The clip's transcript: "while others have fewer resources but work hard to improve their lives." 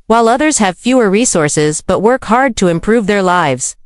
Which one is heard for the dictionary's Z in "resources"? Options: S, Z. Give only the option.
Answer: Z